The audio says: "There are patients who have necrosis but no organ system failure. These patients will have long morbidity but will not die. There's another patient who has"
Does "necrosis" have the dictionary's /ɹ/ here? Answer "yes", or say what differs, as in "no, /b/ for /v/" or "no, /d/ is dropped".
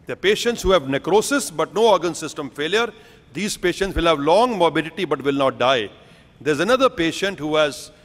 yes